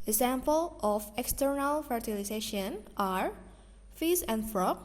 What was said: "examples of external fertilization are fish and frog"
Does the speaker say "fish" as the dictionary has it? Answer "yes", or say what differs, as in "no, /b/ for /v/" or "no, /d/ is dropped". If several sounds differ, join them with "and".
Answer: no, /s/ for /ʃ/